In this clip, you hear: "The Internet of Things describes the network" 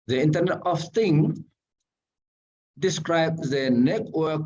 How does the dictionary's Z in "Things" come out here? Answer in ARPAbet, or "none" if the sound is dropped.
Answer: none